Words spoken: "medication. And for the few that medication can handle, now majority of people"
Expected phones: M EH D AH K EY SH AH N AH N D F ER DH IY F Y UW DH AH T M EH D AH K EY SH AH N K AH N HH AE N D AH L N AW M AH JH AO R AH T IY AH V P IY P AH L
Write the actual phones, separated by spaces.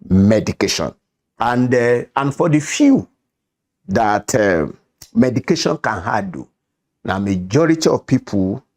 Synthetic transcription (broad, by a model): M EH D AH K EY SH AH N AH N D F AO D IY F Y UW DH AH T M EH D AH K EY SH AH N K AH N HH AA D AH N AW M AH JH AO R AH T IY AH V P IY P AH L